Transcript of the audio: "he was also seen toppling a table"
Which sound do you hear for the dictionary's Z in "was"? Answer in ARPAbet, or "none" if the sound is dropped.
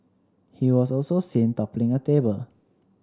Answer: S